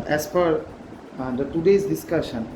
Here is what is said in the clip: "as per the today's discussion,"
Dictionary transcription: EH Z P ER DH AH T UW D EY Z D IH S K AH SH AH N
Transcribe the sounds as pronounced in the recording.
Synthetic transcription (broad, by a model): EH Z F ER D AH T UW D EY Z D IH S K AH SH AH N